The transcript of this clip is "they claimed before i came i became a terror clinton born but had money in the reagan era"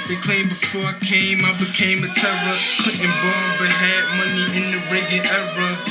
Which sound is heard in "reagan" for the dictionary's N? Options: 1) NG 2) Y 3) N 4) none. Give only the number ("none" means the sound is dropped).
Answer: 4